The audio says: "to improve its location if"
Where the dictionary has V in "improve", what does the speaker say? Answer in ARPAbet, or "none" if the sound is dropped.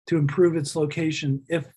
V